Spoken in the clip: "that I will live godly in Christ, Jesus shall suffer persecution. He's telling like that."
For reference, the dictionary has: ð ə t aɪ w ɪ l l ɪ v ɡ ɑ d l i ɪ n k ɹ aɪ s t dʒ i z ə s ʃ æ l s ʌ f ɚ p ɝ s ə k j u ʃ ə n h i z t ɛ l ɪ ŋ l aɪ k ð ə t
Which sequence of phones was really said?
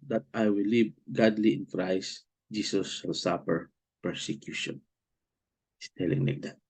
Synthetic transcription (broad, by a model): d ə t aɪ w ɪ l l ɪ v ɡ ɑ d l i ɪ n k ɹ aɪ s t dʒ i s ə s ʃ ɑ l s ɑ p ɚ p ɝ s ə k j u ʃ ə n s t ɛ l ɪ ŋ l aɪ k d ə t